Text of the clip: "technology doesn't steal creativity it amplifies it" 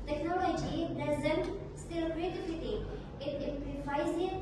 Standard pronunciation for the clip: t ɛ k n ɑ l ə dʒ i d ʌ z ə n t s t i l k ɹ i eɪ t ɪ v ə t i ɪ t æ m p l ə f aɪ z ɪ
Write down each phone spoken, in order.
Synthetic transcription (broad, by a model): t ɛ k n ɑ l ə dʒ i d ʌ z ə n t s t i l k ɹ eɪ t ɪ f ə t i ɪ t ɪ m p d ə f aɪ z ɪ